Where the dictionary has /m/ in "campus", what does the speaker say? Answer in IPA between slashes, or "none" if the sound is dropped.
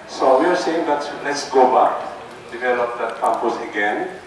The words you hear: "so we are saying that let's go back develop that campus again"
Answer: none